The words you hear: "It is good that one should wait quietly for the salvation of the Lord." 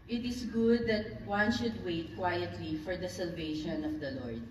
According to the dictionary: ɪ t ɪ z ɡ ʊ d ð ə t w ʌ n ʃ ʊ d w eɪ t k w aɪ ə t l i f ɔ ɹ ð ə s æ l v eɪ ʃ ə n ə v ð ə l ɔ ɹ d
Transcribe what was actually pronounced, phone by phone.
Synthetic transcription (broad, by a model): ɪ t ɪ s ɡ ʊ d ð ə t w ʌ n ʃ ʊ d w eɪ t k w aɪ ə t l i f ɔ ɹ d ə s æ l v eɪ ʃ ə n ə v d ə l ɔ ɹ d